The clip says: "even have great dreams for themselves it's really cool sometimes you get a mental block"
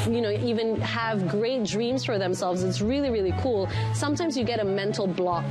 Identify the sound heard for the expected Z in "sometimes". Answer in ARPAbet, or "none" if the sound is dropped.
Z